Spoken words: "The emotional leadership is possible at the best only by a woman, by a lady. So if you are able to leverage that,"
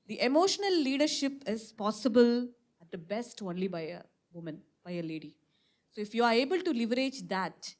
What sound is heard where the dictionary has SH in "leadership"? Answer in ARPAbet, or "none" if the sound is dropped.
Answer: SH